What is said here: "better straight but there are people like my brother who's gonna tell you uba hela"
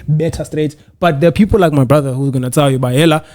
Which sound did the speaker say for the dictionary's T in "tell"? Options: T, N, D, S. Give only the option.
S